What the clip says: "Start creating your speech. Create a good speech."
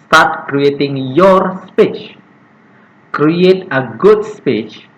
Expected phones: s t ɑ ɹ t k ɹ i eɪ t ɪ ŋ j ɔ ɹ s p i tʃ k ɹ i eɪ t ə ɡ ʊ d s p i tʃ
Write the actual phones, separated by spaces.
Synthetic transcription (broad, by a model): s t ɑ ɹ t k ɹ i eɪ t ɪ ŋ j ɔ ɹ s p i tʃ k ɹ i eɪ t ə ɡ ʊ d s p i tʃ